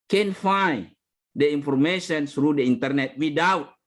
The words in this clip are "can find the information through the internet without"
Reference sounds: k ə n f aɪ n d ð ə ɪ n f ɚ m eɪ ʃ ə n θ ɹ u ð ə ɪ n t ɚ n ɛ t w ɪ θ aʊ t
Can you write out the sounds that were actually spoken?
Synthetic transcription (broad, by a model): k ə n f aɪ d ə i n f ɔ m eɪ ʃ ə n s ɹ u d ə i n t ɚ n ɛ t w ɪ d aʊ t